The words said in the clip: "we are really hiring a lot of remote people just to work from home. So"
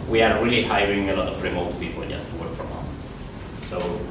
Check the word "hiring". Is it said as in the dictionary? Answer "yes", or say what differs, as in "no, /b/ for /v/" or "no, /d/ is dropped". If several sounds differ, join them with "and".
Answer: yes